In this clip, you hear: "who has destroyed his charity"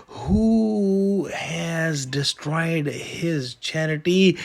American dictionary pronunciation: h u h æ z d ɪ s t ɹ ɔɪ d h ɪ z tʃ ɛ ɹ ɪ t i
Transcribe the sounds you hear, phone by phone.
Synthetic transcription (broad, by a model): h u h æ z d ɪ s t ɹ ɔɪ d h ɪ z tʃ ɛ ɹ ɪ t i